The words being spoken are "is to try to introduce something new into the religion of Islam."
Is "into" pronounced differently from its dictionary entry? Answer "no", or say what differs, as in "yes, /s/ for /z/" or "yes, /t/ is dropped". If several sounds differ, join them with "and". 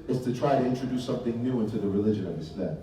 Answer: no